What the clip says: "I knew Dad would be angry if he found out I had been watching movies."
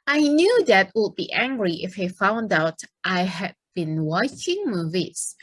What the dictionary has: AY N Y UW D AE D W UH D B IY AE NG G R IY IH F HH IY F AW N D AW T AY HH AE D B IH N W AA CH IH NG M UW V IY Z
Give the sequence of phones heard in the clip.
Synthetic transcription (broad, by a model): AY N Y UW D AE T W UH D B IY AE NG G R IY IH F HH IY F AW N D AW T AY HH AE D B IH N W AA CH IH NG M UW V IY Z